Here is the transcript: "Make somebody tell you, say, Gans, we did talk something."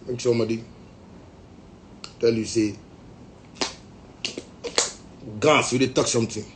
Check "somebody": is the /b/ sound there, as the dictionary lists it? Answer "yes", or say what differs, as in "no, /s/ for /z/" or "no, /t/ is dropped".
no, /b/ is dropped